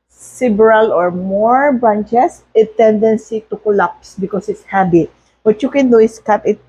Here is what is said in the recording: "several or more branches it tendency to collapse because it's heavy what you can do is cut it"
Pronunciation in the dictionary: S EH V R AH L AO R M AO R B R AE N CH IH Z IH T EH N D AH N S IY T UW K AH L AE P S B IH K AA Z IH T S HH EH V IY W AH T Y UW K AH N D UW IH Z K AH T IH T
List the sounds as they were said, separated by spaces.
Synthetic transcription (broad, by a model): S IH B R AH L AO R M AO R B AA N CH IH S IH T EH N D AH N S IY T UW K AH L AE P S B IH K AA S IH T S HH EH B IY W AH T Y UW K AH N D UW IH S K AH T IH T